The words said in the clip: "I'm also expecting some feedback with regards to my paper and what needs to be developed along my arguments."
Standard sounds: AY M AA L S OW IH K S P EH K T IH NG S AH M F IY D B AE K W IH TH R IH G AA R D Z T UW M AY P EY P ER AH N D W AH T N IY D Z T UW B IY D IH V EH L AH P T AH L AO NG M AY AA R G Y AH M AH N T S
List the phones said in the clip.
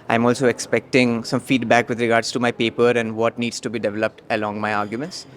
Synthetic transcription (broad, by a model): AY M AA L S OW IH K S P EH K T IH NG S AH M F IY D B AE K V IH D R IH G AA R D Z T UW M AY P EY P ER AH N D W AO T N IY D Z T UW B IY D IH V EH L AH P T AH L AO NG M AY AA R G Y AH M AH N T S